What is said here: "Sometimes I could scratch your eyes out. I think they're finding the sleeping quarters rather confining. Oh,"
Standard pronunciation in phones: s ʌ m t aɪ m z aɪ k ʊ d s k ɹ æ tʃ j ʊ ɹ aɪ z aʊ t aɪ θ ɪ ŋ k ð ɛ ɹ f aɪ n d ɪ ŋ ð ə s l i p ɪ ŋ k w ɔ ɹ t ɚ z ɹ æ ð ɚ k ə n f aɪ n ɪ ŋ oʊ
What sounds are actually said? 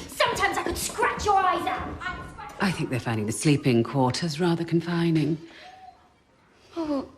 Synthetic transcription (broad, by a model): s ʌ m t aɪ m z aɪ k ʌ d s k ɹ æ tʃ j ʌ ɹ aɪ z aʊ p aɪ θ ɪ ŋ k ð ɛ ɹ f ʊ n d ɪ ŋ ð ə s l i p ɪ ŋ k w ɔ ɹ t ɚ z ɹ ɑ ð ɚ k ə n f aɪ n ɪ ŋ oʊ